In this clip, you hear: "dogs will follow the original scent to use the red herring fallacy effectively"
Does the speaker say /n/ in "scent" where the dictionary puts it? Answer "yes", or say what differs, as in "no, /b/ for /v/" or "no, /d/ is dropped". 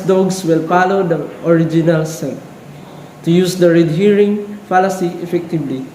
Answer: no, /n/ is dropped